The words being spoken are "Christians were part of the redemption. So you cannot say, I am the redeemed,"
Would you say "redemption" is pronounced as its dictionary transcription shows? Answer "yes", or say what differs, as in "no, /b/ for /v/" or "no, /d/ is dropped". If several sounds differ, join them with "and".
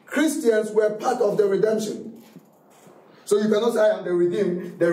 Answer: yes